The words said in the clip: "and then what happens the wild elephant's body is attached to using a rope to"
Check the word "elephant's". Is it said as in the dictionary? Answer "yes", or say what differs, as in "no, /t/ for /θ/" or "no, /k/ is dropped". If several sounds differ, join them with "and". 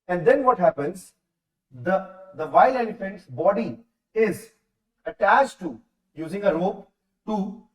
no, /n/ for /l/